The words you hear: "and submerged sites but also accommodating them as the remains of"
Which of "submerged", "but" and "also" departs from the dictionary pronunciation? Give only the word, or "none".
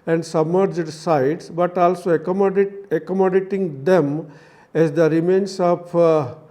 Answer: none